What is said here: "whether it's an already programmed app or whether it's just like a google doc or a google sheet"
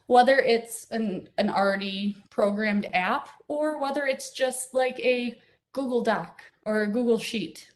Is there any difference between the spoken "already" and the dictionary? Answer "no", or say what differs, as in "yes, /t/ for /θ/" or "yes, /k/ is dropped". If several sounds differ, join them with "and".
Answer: yes, /n/ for /l/